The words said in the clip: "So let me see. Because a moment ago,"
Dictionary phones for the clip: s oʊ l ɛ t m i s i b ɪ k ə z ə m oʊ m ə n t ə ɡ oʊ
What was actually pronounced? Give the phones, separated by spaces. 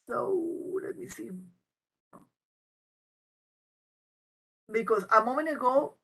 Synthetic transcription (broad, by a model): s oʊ l ɛ t m i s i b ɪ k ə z ə m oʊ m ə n ə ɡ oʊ